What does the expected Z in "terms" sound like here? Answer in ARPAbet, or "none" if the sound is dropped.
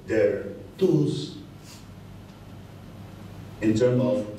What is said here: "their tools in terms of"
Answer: none